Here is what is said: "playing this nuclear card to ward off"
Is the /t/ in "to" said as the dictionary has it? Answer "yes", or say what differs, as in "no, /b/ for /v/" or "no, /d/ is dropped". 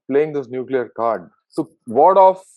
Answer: no, /s/ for /t/